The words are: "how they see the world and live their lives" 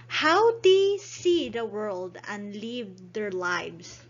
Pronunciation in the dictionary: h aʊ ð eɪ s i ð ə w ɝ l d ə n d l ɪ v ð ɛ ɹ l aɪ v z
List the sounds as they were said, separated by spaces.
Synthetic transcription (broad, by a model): h aʊ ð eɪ s i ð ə w ɝ l d ə n d l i v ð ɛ ɹ l aɪ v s